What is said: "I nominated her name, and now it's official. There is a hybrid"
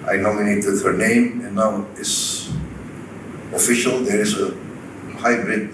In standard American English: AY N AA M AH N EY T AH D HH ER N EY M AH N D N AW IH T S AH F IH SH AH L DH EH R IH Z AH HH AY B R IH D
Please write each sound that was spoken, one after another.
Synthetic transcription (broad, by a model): AY N AA M AH N EY T AH D HH ER N EY M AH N N AW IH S AH F IH SH AH L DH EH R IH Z AH HH AY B R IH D